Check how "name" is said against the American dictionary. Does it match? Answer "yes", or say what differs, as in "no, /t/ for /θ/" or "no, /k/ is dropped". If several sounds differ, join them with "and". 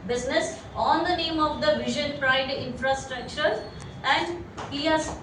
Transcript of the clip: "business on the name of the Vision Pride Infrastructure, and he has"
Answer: yes